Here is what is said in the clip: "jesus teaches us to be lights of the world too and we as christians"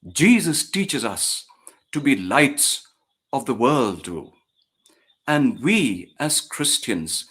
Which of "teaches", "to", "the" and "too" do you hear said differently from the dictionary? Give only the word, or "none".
none